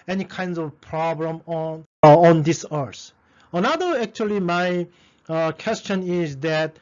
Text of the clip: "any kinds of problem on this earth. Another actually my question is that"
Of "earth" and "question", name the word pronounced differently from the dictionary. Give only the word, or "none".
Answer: earth